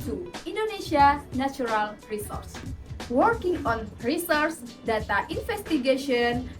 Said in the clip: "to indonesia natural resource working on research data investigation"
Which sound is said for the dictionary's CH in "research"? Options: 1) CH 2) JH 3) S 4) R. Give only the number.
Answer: 3